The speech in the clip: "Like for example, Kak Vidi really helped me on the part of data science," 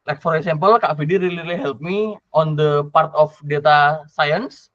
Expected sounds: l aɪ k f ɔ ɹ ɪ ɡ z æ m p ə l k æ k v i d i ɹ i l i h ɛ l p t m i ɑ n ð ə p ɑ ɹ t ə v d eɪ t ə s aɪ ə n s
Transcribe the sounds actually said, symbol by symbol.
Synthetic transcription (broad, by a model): l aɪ k f ɔ ɹ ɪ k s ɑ m p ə l k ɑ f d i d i l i l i h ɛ l p m i ɑ n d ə p ɑ ɹ t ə f d eɪ t ə s aɪ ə n s